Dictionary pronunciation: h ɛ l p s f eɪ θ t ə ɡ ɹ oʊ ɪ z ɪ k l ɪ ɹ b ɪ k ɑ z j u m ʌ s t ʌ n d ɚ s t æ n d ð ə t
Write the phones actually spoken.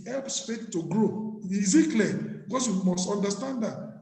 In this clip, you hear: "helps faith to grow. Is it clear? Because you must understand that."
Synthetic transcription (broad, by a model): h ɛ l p s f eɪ t t ə ɡ ɹ oʊ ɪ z ɪ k l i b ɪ k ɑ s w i m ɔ s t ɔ n d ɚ s t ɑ n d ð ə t